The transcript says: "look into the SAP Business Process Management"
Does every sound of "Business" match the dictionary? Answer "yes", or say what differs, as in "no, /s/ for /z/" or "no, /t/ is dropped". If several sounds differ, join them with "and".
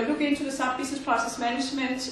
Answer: no, /s/ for /z/